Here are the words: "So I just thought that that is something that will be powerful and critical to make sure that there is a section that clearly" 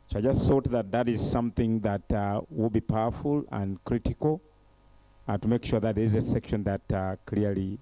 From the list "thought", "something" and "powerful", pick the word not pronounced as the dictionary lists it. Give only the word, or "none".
none